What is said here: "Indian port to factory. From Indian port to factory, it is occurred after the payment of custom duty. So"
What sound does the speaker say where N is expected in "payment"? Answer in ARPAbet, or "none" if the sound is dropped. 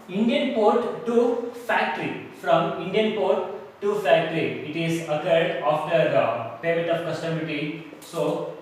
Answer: none